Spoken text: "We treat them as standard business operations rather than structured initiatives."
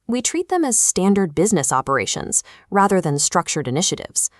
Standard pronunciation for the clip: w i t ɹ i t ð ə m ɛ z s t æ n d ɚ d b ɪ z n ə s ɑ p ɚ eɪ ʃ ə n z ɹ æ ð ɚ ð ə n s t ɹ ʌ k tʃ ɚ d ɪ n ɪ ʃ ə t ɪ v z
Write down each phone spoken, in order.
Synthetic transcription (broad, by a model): w i t ɹ i t ð ə m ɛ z s t æ n d ɚ d b ɪ z n ə s ɑ p ɚ eɪ ʃ ə n z ɹ æ ð ɚ ð ə n s t ɹ ʌ k tʃ ɚ d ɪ n ɪ ʃ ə t ɪ v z